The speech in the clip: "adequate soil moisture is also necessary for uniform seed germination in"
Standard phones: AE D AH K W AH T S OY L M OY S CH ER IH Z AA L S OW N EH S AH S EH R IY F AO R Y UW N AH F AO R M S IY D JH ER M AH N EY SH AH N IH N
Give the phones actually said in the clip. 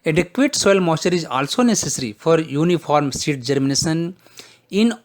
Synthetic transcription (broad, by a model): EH D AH K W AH T S OY L M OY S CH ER IH Z AA L S OW N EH S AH S R IY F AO R Y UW N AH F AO R M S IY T JH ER M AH N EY S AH N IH N